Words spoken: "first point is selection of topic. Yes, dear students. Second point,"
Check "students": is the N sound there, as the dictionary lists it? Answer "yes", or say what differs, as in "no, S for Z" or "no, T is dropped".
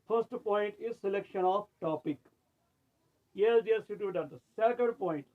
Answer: no, N is dropped